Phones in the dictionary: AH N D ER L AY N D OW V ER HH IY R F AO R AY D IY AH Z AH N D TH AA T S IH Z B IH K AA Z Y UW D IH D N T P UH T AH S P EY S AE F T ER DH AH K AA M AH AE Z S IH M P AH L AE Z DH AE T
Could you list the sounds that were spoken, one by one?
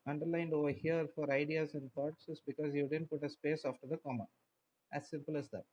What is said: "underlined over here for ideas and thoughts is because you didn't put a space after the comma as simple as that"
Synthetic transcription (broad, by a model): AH N D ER L AY N D OW V ER HH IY R F AO R AY D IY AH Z AH N D T AA T S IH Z B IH K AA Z Y UW D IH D N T P UH T AH S P EY S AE F T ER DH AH K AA M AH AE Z S IH M P AH L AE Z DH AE T